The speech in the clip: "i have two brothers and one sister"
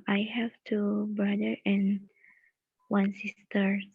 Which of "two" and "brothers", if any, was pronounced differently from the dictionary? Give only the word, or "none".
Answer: brothers